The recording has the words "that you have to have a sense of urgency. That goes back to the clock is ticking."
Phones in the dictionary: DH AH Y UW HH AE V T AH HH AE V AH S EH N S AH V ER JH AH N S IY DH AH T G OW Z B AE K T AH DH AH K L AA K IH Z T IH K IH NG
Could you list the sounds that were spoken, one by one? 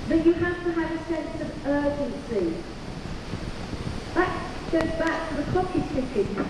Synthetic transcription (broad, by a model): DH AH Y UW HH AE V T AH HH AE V AH S EH N S AH V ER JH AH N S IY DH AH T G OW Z B AE K T AH DH AH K AA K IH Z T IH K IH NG